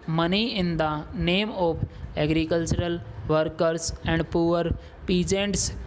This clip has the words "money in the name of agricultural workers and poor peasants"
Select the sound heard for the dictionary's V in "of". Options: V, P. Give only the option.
P